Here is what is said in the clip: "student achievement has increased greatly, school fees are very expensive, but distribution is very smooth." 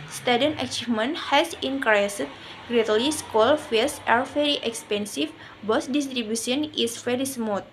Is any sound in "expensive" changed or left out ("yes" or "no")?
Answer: yes